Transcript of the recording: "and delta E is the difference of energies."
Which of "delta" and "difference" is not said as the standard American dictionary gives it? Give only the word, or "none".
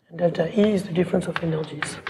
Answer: delta